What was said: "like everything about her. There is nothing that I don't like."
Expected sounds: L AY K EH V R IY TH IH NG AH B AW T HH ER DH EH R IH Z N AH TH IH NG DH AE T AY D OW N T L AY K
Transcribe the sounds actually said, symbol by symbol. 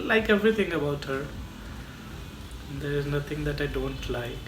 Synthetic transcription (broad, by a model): L AY K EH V R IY T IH NG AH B AW T HH ER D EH R IH Z N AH T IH NG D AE T AY D OW N T L AY